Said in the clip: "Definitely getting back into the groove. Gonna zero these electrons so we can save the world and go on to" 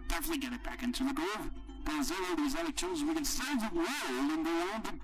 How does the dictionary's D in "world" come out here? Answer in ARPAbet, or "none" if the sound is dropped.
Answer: none